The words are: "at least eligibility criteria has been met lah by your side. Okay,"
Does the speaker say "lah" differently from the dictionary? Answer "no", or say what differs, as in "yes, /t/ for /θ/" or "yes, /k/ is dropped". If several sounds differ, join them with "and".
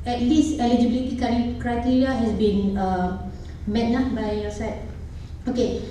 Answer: yes, /n/ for /l/